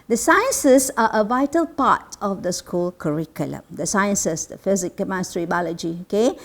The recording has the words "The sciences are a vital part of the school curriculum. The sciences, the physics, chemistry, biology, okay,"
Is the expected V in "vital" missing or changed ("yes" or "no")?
no